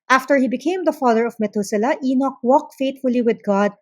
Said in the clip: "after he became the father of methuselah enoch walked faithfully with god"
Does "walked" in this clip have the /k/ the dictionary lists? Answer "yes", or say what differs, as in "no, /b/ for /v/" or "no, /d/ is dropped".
yes